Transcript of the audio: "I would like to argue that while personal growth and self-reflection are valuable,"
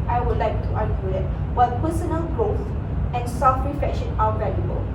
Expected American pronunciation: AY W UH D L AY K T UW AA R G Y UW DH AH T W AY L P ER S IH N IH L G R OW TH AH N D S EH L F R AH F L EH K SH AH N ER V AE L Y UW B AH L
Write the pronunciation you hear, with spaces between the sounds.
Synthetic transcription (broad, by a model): AY W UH D L AY K T UW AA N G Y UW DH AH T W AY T P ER S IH N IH L G R OW TH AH N S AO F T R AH F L EH K SH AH N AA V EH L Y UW B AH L